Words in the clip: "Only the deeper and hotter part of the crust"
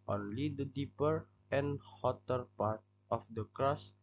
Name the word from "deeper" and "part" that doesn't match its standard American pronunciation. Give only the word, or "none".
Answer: none